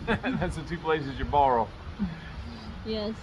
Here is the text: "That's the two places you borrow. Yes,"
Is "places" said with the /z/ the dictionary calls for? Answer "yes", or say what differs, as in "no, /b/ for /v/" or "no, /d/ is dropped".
yes